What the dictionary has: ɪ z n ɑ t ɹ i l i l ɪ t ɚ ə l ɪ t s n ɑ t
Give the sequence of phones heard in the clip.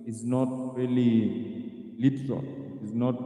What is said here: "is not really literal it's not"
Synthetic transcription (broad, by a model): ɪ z n ɑ t ɹ i l i l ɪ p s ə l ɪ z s n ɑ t